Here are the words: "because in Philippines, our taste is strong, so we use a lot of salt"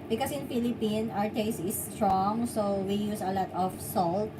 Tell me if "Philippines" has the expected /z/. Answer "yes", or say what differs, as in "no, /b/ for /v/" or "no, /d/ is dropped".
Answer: no, /z/ is dropped